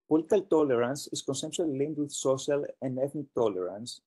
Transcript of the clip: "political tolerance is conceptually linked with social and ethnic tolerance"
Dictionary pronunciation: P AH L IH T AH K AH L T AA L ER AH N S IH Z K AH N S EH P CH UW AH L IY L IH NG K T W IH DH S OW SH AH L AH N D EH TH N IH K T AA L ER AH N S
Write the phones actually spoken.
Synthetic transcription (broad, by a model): P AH L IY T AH K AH L T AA L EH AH N S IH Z K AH N S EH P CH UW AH L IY L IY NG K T W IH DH S OW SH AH L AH N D EH TH N IH K T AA L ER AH N S